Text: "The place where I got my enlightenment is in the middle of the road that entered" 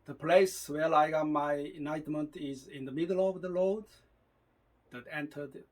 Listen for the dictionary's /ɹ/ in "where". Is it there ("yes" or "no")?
no